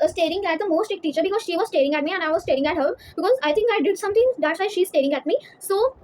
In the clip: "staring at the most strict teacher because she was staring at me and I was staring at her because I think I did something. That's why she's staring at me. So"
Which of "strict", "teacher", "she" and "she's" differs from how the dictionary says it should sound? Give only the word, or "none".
strict